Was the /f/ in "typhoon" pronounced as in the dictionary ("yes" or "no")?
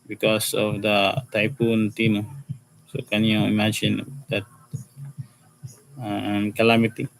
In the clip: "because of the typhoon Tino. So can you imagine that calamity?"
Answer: no